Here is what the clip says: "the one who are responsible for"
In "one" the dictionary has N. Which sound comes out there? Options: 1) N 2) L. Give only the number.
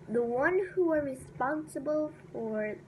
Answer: 1